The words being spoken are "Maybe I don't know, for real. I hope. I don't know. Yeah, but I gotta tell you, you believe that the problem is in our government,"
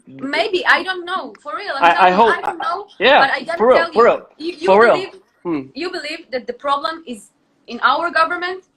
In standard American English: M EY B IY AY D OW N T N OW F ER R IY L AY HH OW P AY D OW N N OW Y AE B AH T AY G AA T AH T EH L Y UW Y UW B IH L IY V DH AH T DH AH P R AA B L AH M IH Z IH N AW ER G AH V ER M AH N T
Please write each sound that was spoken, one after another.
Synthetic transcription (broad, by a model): M EY B IY AY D OW N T N OW F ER R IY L AY HH OW UH D OW N N OW Y AE B AH T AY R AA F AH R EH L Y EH Y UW B IH L IY V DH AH T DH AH P R AA B L AH M IH Z IH N AW ER G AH V ER M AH N T